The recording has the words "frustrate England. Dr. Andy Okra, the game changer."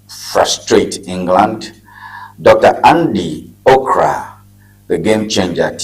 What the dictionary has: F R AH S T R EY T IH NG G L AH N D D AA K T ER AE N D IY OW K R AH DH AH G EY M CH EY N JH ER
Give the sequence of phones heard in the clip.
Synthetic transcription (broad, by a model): F R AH S T R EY T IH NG G L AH N D D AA K T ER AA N D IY OW K R AH DH AH G EY M CH EY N JH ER